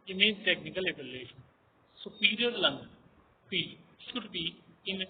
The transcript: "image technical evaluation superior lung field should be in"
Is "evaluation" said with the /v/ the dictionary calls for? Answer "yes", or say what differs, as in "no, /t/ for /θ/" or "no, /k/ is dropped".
no, /b/ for /v/